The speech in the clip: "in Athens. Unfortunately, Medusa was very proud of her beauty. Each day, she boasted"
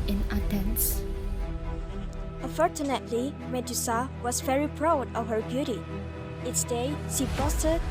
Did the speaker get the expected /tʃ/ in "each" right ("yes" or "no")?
no